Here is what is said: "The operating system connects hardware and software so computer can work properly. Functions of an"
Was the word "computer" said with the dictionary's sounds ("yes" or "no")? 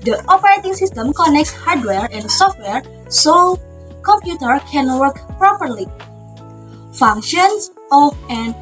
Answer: yes